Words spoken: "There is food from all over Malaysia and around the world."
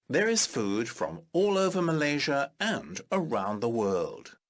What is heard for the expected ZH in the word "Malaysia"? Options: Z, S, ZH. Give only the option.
ZH